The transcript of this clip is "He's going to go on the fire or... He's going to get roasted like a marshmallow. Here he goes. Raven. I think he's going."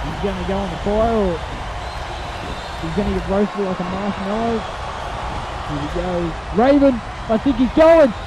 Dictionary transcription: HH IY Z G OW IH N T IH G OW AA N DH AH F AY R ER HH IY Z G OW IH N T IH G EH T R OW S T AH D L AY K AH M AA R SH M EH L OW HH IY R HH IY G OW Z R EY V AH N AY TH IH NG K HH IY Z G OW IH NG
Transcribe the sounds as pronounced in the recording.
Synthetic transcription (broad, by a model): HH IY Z G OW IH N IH G OW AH N DH AH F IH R ER HH IY Z G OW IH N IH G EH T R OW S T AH L AY K AH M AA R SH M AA IH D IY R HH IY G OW R EY V AH N AY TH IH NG K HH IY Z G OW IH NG